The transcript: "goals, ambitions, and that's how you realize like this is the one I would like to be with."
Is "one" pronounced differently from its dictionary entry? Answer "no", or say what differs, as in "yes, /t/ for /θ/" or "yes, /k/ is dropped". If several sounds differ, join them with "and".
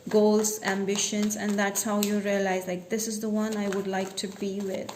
no